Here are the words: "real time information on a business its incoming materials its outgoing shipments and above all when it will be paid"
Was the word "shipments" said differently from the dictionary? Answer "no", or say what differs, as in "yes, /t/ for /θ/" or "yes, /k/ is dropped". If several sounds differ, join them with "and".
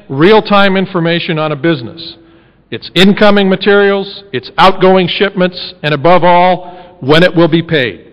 no